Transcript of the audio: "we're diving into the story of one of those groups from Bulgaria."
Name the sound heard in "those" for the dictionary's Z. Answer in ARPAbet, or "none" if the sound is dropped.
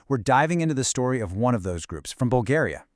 Z